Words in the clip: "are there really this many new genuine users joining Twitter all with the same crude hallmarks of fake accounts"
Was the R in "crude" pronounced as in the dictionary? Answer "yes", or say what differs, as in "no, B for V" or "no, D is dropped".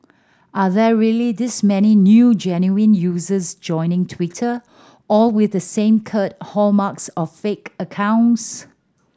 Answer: no, R is dropped